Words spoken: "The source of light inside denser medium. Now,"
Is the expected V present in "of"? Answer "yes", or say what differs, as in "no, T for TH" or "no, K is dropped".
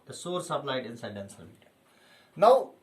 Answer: no, B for V